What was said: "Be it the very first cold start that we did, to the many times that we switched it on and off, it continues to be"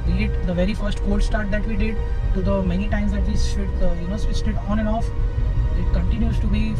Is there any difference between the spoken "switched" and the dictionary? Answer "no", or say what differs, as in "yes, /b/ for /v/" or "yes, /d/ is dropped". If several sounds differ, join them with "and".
yes, /s/ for /tʃ/